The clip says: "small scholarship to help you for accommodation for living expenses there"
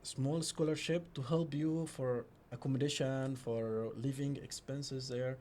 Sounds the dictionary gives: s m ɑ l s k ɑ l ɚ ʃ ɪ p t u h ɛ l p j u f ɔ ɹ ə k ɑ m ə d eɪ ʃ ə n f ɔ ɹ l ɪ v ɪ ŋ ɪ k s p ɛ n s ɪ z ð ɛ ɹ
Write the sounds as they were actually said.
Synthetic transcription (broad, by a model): s m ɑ l s k ɑ l ɚ ʃ ɪ p t u h ɛ l p j u f ɔ ɹ ə k ɑ m ə d eɪ ʃ ə n f ɔ ɹ l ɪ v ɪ ŋ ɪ k s p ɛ n s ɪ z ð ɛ ɹ